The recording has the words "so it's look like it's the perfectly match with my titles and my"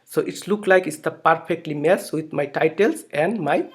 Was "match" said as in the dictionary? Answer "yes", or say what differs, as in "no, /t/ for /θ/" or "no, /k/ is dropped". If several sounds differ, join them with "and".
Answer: no, /s/ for /tʃ/